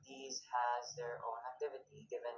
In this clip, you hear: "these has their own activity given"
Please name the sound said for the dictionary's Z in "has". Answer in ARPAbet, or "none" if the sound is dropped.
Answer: Z